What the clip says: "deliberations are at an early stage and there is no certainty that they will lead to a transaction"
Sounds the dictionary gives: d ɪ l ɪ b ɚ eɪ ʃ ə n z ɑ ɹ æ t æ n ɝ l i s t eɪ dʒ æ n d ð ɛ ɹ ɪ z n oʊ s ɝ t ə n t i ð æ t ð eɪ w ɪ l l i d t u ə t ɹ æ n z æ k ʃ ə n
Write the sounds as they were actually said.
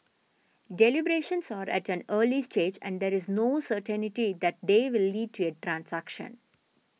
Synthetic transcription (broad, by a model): d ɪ l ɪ b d eɪ ʃ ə n s ɑ ɹ æ t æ n ɝ l i s t eɪ dʒ æ n d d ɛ ɹ ɪ z n oʊ s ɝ t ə n t i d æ t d eɪ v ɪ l l i d t u ə t ɹ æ n s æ k ʃ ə n